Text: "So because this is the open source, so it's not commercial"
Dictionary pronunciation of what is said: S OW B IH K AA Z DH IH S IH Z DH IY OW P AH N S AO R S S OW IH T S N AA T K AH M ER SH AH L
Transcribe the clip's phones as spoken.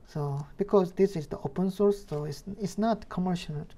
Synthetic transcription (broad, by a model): S OW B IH K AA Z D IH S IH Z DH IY OW P AH N S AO R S S OW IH S S N AA T K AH M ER SH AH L